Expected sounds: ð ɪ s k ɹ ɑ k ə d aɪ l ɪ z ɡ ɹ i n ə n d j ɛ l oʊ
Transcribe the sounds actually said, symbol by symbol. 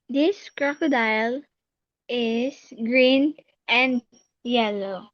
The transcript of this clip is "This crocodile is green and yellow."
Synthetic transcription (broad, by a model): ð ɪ s k ɹ ɑ k ə d aɪ l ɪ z ɡ ɹ i n ə n d j ɛ l oʊ